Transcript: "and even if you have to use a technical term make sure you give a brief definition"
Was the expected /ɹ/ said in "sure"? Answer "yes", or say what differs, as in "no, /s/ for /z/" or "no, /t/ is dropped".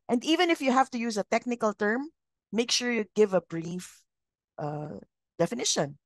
yes